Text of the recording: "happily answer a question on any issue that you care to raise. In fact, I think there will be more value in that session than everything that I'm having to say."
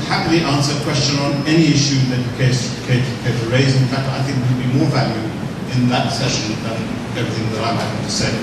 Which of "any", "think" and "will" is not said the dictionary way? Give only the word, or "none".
will